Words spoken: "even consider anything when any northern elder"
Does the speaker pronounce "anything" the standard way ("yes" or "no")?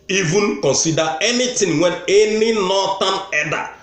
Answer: no